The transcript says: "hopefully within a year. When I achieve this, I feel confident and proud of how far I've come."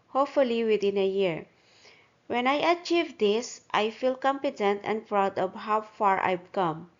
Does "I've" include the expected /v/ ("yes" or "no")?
no